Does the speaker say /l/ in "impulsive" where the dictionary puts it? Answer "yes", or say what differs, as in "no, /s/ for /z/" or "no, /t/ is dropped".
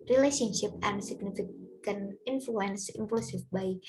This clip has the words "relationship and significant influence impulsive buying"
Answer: no, /l/ is dropped